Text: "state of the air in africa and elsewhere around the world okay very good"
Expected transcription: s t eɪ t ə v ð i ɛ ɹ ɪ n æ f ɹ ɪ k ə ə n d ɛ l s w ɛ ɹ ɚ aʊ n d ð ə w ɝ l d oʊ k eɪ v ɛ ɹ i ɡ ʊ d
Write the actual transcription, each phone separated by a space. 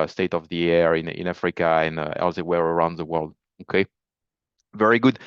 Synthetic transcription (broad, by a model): s t eɪ t ə v ð i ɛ ɹ ɪ n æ f ɹ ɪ k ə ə n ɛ l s w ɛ ɹ ɚ aʊ n d ð ə w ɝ l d oʊ k eɪ v ɛ ɹ i ɡ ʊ d